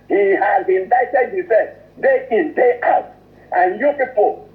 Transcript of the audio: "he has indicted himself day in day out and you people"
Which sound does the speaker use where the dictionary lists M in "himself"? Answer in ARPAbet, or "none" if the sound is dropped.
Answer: none